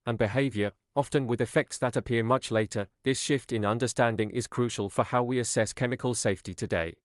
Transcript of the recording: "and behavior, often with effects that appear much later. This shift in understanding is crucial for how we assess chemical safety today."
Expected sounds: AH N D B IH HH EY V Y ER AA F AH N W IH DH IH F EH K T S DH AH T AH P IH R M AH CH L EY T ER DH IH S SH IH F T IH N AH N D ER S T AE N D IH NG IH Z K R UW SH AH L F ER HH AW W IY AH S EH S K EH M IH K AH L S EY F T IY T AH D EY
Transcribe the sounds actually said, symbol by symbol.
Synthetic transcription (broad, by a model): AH N B IH HH EY V Y ER AA F AH N W IH DH IH F EH K T S DH AH T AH P IH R M AH CH L EY T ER DH IH S SH IH F T IH N AH N D ER S T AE N D IH NG IH Z K R UW SH AH L F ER HH AW W IY AH S EH S K EH M IH K AH L S EY F T IY T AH D EY